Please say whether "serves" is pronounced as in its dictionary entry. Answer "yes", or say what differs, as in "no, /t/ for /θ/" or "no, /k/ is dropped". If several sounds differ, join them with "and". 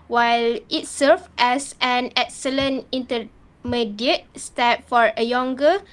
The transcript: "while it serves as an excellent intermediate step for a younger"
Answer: no, /z/ is dropped